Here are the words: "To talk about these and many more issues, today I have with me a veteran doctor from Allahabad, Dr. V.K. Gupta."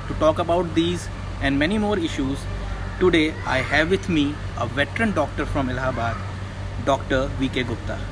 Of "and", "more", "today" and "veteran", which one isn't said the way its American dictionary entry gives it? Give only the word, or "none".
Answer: none